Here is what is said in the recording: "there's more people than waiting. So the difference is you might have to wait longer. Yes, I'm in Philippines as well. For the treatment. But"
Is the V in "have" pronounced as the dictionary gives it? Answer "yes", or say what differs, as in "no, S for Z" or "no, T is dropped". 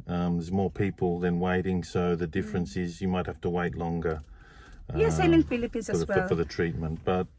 no, F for V